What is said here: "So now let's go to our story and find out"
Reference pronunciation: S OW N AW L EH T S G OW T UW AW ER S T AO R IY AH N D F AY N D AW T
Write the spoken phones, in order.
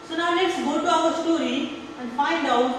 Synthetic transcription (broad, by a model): S OW N AW N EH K S G OW T UW AW ER S T AO R IY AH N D F AY N D AW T